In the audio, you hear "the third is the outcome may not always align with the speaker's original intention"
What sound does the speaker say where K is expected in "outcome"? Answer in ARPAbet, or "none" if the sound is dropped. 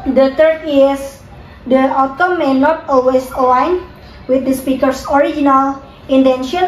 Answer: none